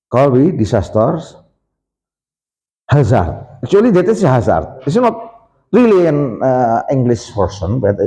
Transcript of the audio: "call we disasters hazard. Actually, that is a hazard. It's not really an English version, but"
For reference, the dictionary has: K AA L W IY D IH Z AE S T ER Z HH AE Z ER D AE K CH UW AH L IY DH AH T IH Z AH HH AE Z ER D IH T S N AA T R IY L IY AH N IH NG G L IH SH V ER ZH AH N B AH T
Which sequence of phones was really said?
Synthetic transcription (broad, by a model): K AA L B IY D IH S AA S T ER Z HH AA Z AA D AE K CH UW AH L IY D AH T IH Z HH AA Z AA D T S N AA T R IY L IY AH N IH NG G L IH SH P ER S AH N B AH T